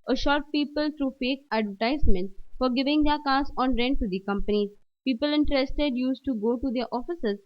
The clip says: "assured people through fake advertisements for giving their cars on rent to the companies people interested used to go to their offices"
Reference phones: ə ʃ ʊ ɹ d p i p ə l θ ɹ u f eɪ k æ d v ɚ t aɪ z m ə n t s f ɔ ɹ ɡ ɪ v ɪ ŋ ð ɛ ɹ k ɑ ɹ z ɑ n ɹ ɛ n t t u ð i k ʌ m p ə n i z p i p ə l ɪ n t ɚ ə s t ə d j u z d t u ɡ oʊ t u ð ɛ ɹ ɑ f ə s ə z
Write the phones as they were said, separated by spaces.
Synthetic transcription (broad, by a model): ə ʃ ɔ ɹ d p i p ə l t ɹ u f eɪ k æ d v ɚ t aɪ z m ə n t f ɔ ɹ ɡ ɪ v ɪ ŋ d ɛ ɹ k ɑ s ɑ n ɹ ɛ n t t u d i k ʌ m p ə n i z p i p ə l ɪ n t ɚ ə s t ə d j u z t u ɡ oʊ t u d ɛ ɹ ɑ f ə s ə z